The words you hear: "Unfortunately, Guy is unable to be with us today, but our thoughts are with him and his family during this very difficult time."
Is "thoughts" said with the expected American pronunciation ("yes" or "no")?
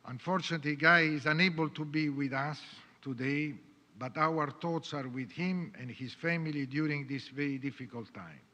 no